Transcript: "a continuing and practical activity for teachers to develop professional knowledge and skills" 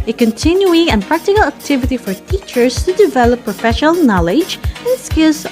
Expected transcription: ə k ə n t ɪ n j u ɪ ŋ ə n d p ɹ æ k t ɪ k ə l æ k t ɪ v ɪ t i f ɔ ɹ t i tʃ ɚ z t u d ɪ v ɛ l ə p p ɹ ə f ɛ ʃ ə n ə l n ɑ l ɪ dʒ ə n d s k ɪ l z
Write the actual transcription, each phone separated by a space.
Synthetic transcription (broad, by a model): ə k ə n t ɪ n j u ɪ ŋ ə n p ɹ æ k t ɪ k ə l æ k t ɪ v ɪ t i f ɔ ɹ t i tʃ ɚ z t u d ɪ v ɛ l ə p p ɹ ə f ɛ ʃ ə n ə l n ɑ l ɪ dʒ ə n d s k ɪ l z